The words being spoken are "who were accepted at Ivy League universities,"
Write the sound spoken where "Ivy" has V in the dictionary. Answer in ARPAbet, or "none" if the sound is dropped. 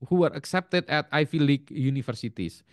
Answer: F